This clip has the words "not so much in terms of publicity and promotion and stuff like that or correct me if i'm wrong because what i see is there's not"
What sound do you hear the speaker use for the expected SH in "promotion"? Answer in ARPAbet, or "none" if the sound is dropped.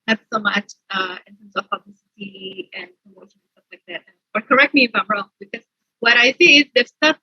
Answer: none